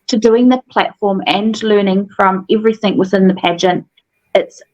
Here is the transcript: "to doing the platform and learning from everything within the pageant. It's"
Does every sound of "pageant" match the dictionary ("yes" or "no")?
yes